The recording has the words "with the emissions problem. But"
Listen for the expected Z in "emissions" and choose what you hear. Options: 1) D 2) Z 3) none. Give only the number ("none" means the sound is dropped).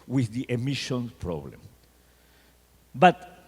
3